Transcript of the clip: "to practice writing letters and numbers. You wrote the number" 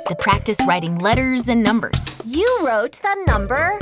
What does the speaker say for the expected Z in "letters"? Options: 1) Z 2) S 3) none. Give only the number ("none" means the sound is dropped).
1